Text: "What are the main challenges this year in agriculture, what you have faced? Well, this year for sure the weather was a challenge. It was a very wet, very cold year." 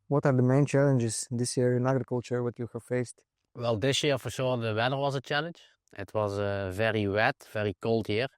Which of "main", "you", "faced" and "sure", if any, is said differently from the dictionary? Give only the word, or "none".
sure